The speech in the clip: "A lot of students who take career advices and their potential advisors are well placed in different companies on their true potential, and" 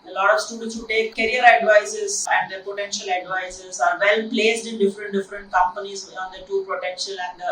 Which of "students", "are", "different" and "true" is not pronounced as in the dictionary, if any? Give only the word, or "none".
true